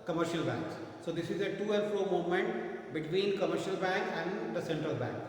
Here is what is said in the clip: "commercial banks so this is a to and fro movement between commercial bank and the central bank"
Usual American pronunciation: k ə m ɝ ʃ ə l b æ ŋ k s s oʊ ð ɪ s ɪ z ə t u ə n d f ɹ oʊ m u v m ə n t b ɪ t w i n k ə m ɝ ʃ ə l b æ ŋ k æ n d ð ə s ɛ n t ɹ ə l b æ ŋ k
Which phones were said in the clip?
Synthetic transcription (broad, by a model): k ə m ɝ ʃ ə l b æ ŋ k s s oʊ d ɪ s ɪ z ə t u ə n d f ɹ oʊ m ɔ m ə n t b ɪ t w i n k ə m ɝ ʃ ə l b æ ŋ k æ n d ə s ɛ n t ɹ ə l b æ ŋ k